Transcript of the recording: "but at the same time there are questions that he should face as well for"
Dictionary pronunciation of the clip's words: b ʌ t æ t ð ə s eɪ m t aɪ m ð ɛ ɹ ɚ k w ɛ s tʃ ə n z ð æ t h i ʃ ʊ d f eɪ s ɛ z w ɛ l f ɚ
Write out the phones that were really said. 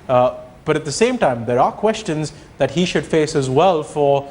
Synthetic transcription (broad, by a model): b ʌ t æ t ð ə s eɪ m t aɪ m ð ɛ ɹ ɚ k w ɛ s tʃ ə n z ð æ t h i ʃ ʊ d f eɪ s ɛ z w ɛ l f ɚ